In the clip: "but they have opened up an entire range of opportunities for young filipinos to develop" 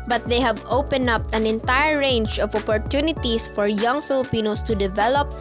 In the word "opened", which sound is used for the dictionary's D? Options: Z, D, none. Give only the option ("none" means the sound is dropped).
none